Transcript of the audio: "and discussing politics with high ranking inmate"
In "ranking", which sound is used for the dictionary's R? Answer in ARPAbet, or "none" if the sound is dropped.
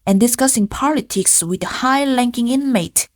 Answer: L